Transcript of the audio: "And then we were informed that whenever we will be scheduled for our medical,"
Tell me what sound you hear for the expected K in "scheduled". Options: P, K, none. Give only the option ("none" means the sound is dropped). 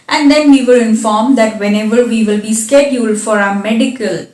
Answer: K